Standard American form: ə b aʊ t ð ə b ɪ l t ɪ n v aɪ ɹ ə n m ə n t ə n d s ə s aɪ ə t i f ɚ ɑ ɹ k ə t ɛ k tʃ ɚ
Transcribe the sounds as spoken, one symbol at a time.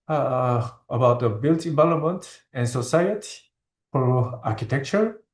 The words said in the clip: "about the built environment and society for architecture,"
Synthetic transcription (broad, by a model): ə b aʊ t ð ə b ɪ l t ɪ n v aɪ l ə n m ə n t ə n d s ə s aɪ ə t i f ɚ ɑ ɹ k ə t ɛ k tʃ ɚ